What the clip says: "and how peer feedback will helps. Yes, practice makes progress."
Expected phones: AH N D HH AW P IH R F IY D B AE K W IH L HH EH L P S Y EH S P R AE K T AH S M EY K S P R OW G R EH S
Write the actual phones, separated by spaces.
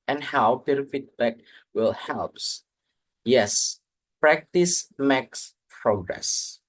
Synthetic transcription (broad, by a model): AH N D HH AW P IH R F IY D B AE K W IH L HH EH L P S Y EH S P R AE K T AH S M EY K S P R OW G R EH S